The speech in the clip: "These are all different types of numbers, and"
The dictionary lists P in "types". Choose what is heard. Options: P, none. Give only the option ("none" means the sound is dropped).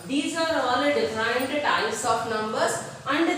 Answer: none